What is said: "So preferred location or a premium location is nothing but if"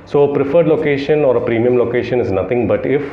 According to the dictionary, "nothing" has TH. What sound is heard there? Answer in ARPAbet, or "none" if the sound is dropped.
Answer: T